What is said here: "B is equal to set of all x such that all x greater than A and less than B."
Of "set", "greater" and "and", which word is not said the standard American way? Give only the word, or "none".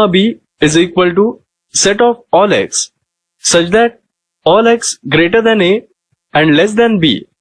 none